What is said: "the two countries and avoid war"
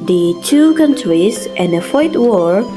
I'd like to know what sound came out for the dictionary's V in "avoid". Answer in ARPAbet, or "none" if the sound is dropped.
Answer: F